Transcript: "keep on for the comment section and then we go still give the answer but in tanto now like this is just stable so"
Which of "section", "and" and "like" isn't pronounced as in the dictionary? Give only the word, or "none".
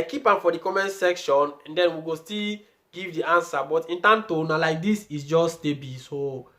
none